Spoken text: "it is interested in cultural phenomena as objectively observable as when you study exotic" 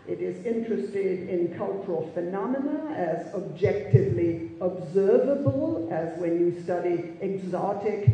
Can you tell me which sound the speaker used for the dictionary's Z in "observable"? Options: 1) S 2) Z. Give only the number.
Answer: 2